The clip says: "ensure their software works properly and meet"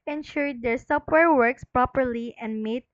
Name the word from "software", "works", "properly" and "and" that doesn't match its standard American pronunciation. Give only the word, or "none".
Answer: software